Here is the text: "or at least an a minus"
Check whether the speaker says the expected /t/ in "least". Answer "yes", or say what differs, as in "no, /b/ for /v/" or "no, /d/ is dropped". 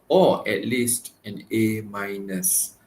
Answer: yes